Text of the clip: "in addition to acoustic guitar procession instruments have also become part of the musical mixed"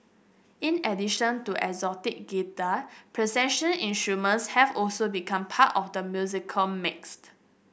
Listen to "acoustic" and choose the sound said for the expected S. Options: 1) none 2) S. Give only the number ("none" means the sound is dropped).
1